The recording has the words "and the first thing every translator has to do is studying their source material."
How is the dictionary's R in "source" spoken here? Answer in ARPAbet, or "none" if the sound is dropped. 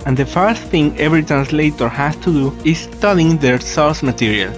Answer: L